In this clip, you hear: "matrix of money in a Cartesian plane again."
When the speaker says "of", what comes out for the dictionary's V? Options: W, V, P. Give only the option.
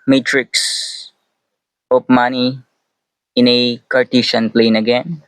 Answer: P